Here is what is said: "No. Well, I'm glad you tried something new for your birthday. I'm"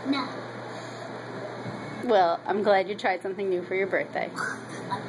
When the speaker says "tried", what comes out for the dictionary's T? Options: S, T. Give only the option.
T